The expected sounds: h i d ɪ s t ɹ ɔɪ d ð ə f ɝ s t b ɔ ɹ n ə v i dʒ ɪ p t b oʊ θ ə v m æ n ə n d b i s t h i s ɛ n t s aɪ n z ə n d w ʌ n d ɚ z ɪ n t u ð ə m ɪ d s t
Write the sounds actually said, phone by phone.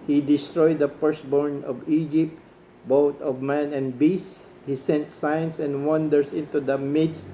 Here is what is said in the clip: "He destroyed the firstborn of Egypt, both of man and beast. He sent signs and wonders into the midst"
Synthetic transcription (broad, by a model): h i d ɪ s t ɹ ɔɪ d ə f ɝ s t b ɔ ɹ n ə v i dʒ ɪ p t b oʊ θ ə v m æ n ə n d b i s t h i s ɛ n t s aɪ n s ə n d w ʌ n d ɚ s ɪ n t u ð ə m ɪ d s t